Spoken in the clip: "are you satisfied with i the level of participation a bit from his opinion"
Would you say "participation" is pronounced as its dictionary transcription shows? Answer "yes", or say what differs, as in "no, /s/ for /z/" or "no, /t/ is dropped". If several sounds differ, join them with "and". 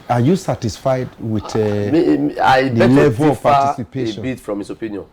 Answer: no, /n/ is dropped